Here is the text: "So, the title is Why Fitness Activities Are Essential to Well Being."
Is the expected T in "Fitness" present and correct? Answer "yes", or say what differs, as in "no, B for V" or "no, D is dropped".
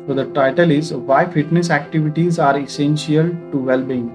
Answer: yes